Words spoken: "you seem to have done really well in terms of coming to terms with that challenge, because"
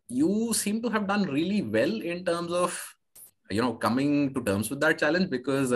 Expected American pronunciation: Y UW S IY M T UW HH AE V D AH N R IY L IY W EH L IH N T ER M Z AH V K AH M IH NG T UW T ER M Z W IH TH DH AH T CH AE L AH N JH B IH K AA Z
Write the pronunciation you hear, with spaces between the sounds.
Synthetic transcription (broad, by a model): Y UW S IY M T UW HH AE V D AH N R IY L IY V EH L IH N T ER M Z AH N K AH M IH NG T UW T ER M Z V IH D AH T CH AE L AH N JH B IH K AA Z